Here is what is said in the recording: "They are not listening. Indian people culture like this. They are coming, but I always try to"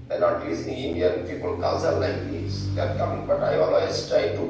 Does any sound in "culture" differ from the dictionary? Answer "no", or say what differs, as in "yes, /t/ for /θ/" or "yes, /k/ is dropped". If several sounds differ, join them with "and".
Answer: yes, /s/ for /tʃ/